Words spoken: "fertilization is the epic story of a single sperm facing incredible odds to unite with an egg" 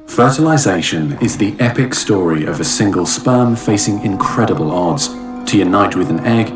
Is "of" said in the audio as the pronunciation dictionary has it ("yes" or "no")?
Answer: yes